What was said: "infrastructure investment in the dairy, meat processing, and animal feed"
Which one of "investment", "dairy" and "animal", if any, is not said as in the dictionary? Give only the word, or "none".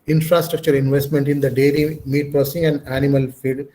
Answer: dairy